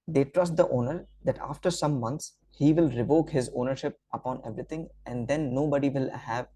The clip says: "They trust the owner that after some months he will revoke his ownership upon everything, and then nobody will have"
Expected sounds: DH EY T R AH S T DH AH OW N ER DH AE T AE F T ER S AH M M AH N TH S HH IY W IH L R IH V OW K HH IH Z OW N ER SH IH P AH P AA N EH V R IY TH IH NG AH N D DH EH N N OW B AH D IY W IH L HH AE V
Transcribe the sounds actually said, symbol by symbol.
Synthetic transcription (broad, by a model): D EY T R AH S T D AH OW N ER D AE T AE F T ER S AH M M AH N T S HH IY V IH L R IH V OW K HH IH Z OW N ER SH IH P AH P AA N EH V R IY T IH NG AH N D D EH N N OW B AH D IY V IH L HH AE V